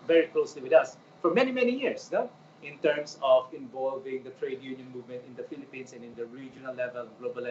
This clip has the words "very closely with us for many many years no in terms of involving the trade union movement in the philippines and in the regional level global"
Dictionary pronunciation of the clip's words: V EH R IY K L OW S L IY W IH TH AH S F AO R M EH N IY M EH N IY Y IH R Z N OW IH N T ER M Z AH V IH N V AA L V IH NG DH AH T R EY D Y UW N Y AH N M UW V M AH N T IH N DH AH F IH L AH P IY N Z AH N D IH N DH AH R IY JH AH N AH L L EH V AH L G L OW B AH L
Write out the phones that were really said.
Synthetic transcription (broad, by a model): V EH R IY K L OW S L IY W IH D AH S F AO R M EH N IY M EH N IY Y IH R S N OW IH N T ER M S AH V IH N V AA L V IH NG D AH T R EY D Y UW N Y AH N M UW V M AH N T IH N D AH F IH L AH P IY N S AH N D IH N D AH R IY JH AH N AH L L EH V AH L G L OW B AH L